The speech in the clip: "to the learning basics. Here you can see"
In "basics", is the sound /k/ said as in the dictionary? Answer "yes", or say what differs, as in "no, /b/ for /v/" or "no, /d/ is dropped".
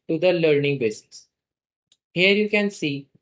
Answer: no, /k/ is dropped